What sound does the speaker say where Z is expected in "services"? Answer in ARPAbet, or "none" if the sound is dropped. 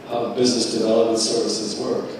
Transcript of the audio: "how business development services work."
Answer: Z